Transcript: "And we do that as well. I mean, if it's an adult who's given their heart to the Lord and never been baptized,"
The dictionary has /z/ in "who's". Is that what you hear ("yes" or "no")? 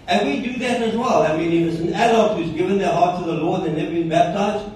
yes